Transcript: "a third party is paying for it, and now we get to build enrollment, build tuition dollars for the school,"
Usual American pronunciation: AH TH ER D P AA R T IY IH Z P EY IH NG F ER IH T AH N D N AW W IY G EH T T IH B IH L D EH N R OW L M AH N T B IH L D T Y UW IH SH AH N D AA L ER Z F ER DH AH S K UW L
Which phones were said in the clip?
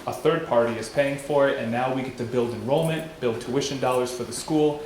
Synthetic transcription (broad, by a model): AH TH ER D P AA R T IY IH Z P EY IH NG F ER IH T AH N N AW W IY G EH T T IH B IH L D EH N R OW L M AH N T B IH L D T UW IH SH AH N D AA L ER Z F ER DH AH S K UW L